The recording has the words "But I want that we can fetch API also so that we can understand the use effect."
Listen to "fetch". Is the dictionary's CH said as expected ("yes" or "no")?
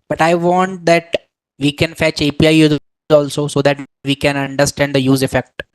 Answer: yes